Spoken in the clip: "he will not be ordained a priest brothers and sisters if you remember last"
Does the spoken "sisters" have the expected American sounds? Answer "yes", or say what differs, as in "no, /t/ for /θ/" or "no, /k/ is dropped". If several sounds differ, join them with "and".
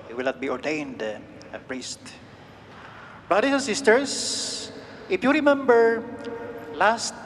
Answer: no, /s/ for /z/